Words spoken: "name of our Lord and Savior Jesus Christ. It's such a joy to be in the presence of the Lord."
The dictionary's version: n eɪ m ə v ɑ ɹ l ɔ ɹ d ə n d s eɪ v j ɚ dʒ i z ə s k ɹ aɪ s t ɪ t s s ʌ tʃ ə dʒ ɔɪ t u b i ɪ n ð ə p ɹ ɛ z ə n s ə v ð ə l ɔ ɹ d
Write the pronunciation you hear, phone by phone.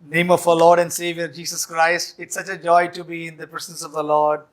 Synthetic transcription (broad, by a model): n eɪ m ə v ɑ l ɔ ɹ d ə n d s eɪ v j ɚ dʒ i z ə s k ɹ aɪ s t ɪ t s s ʌ tʃ ə dʒ ɔɪ t u b i ɪ n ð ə p ɹ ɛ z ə n s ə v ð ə l ɔ ɹ d